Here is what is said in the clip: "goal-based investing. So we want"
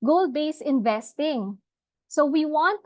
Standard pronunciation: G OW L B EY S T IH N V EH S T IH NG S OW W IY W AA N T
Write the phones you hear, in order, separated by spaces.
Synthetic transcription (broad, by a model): G OW L B EY S IH N V EH S T IH NG S OW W IY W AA N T